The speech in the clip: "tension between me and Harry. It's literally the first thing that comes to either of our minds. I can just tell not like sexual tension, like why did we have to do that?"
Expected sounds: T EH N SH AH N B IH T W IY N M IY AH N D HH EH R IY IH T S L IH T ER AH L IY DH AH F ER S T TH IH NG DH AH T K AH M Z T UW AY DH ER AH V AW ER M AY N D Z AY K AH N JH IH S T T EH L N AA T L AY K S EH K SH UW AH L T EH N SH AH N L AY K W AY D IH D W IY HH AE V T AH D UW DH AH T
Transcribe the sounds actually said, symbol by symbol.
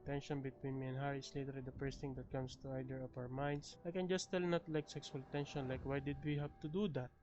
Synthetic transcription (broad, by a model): T EH N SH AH N B IH T W IY N M IY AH N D HH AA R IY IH S L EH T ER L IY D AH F ER S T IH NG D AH T K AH M S T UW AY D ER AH P AW ER M AY N D S AY K AH N JH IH S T T EH L N AA T L AY K S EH K S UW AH L T EH N SH AH N L AY K W AY D IH D W IY HH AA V T AH D UW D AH T